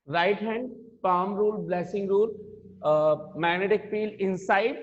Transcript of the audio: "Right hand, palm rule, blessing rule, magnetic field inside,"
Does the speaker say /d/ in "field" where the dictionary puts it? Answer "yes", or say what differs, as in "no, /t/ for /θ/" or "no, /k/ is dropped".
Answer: no, /d/ is dropped